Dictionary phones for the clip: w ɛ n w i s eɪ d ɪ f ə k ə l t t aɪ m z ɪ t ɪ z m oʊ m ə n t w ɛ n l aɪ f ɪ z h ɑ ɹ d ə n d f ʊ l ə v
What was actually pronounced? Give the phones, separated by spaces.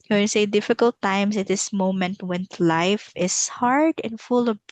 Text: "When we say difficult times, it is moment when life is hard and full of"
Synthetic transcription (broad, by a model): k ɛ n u s eɪ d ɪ f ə k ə l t t aɪ m s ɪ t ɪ s m oʊ m ə n t w ɛ n l aɪ f ɪ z h ɑ ɹ d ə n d f ʊ l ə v